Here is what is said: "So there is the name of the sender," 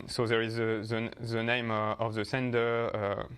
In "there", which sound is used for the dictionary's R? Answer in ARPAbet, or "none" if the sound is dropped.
R